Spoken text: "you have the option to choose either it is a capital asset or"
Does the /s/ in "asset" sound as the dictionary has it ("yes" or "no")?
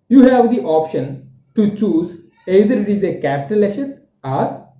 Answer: no